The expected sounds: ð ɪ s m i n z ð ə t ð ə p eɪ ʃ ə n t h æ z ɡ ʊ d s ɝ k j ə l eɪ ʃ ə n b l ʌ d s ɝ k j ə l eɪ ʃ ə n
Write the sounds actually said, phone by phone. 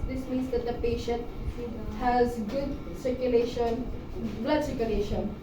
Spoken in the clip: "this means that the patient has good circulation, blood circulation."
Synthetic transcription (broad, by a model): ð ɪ s m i n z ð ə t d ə p eɪ ʃ ə n t h æ z ɡ ʊ d s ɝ k j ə l eɪ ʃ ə n b l ʌ d s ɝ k j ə l eɪ ʃ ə n